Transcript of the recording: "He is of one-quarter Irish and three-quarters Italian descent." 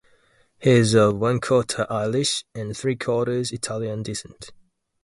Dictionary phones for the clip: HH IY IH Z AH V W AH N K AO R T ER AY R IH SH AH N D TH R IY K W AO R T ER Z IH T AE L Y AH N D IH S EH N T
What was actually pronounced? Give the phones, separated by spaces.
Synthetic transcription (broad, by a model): HH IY IH Z AH V W AH N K AO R T AY L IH SH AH N TH R IY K AO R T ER Z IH T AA L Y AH N D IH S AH N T